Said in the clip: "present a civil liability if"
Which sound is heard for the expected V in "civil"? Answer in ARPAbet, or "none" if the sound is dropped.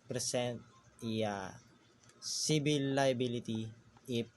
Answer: B